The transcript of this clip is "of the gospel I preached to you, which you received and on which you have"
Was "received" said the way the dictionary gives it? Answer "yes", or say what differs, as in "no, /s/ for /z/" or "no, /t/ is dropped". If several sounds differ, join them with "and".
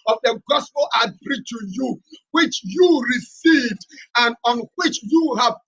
yes